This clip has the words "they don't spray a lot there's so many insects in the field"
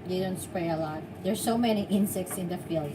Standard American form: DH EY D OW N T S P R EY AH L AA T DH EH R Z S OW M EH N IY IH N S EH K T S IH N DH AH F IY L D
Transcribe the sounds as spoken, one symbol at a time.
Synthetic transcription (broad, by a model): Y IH D OW N T S P R EY AH L AA T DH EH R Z S OW M EH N IY IH N S EH K T S IH N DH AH F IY L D